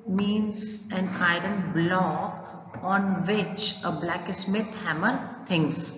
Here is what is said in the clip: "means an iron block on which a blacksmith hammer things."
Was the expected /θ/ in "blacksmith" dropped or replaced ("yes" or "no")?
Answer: yes